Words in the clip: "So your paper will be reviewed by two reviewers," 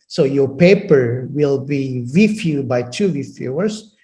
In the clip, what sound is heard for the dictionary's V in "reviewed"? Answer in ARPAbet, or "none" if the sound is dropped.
F